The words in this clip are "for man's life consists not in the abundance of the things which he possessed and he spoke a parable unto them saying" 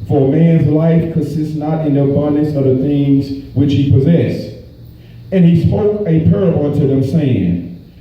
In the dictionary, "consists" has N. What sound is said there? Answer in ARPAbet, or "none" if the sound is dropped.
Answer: N